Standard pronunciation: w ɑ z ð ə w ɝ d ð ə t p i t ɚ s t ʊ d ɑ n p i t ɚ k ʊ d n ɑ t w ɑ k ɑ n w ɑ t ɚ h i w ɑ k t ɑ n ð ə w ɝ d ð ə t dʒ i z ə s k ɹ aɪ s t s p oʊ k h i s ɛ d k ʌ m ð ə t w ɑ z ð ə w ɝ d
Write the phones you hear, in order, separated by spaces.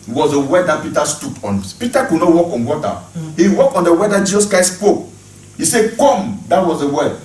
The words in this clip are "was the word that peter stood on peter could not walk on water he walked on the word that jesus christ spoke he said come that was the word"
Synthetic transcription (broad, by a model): w ɑ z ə w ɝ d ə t p i t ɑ s t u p ɑ n p i t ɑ k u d n ɑ t w ɑ k ɑ n w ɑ t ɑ h i w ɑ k ɑ n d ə w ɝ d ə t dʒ i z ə s k ɹ aɪ s s p oʊ k h i s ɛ k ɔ m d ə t w ɑ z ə w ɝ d